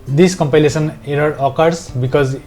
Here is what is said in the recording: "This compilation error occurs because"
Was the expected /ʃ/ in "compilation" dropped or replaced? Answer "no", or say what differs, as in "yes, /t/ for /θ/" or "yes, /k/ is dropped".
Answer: yes, /s/ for /ʃ/